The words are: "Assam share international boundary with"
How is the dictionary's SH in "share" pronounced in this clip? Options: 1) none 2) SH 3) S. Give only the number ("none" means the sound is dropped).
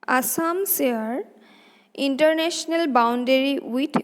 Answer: 3